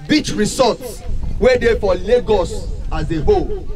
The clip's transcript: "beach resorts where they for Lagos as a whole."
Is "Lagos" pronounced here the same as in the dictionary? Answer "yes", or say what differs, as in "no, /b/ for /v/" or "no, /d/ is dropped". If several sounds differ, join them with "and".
yes